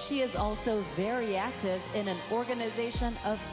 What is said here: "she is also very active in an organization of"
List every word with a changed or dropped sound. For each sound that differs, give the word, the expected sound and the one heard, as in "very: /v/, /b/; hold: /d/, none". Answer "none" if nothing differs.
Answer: none